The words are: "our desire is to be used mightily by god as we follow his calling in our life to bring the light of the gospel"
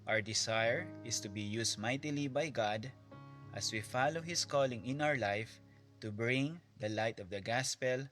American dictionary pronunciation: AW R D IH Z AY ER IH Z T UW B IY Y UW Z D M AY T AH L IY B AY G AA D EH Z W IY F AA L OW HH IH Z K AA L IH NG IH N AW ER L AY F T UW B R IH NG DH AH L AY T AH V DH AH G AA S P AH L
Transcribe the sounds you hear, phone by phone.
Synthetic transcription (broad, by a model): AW R D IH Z AY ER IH S T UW B IY Y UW S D M AY T AH L IY B AY G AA D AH S W IY F AA L OW HH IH S K AA L IH NG IH N AW ER L AY F T UW B R IH NG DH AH L AY T AH V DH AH G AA S P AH L